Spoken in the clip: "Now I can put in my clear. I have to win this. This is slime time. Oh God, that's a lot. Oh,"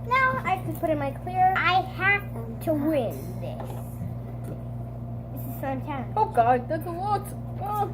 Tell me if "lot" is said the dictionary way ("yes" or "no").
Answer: no